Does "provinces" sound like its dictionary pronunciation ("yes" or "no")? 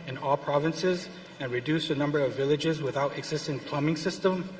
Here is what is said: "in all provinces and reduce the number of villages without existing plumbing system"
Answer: yes